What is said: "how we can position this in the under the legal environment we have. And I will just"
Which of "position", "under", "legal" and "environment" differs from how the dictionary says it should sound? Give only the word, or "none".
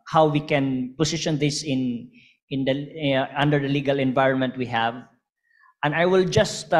position